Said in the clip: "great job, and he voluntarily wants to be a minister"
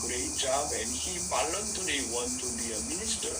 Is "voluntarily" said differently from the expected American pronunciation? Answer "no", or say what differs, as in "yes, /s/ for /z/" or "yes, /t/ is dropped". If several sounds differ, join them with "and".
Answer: yes, /p/ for /v/